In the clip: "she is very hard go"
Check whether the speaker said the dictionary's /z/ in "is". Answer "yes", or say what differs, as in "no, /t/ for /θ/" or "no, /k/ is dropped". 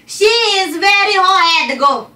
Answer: yes